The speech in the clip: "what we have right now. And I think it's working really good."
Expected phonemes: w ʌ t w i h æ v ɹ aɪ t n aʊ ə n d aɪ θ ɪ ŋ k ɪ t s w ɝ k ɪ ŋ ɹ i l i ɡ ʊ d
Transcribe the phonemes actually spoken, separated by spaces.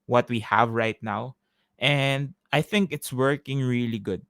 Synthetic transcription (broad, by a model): w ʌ t w i h æ v ɹ aɪ t n aʊ ə n d aɪ θ ɪ ŋ k ɪ t s w ɝ k ɪ ŋ ɹ i l i ɡ ʊ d